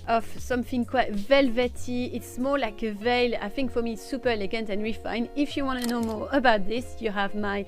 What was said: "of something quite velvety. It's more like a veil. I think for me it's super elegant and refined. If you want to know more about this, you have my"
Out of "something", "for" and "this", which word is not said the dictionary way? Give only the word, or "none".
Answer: none